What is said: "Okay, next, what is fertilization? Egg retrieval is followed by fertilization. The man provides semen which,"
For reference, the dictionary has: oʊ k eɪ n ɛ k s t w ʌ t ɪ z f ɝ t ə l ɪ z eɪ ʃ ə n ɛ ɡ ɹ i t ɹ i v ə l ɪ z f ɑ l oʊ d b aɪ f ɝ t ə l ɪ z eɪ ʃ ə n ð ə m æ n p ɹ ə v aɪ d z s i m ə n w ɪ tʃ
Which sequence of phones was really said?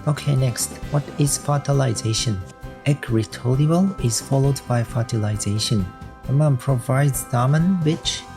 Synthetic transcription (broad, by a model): oʊ k eɪ n ɛ k s t w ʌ t ɪ z f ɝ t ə l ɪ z eɪ ʃ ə n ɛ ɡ ɹ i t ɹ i ə l ɪ z f ɑ l oʊ d b aɪ f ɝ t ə l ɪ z eɪ ʃ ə n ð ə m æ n p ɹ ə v aɪ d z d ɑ m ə n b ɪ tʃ